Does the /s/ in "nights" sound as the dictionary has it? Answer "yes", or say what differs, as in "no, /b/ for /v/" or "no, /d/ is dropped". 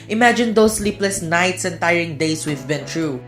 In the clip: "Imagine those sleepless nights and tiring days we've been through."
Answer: yes